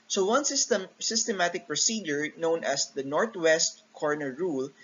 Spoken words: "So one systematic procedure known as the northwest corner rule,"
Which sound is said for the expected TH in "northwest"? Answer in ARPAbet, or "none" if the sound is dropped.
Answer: T